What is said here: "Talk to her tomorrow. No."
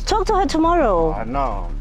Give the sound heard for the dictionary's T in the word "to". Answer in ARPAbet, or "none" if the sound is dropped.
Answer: T